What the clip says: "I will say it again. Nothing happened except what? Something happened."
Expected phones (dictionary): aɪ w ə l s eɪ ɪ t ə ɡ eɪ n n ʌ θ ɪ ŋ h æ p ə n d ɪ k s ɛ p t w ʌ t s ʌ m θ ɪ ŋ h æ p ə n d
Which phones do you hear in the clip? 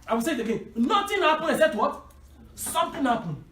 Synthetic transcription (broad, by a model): aɪ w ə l s eɪ ɪ t ə ɡ eɪ n n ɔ t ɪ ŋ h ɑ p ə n ɪ s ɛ t w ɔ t s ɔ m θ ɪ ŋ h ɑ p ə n